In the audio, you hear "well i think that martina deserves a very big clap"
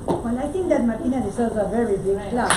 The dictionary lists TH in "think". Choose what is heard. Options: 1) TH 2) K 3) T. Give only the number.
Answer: 3